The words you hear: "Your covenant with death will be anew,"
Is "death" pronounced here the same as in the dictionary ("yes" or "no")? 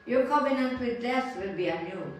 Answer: no